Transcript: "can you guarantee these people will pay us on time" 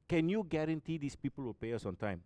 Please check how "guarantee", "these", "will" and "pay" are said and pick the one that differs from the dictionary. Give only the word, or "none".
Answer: these